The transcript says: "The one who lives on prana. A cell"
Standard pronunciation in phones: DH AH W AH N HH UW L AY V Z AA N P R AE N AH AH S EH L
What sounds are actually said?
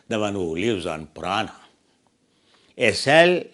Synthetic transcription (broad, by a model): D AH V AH N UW L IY W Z AA N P R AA N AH AH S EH L